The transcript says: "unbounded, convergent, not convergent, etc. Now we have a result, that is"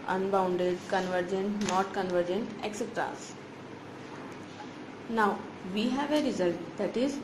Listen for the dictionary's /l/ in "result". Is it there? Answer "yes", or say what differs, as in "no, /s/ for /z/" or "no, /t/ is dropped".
yes